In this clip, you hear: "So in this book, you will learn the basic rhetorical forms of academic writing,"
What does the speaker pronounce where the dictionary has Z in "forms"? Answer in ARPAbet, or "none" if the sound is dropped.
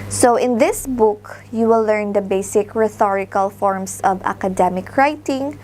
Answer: S